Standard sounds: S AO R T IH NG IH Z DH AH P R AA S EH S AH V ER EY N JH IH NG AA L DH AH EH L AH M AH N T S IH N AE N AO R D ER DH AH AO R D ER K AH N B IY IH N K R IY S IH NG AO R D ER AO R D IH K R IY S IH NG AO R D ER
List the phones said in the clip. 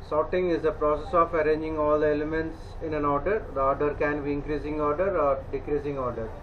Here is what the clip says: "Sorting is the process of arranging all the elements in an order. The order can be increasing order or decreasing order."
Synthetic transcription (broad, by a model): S AO T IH NG IH Z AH P R AA S EH S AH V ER EY N JH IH NG AA L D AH EH L AH M AH N T S IH N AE N AO R D ER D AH AO R D ER K AH N B IY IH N K R IY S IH NG AO R D ER AO R D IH K R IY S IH NG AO R D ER